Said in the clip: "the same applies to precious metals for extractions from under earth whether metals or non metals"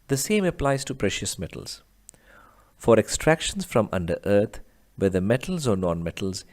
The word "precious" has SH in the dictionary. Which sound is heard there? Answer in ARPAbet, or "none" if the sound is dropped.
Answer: SH